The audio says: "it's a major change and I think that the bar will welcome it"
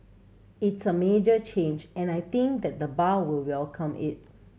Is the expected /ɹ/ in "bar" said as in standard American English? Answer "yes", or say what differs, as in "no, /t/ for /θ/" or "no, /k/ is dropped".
no, /l/ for /ɹ/